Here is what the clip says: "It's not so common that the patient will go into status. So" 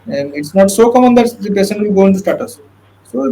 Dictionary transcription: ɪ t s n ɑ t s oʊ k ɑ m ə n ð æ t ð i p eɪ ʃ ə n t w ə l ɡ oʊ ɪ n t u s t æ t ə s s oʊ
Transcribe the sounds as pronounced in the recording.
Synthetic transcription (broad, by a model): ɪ t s n ɑ t s oʊ k ɑ m ə n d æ t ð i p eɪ s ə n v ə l ɡ oʊ ɪ n t u s t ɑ t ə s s oʊ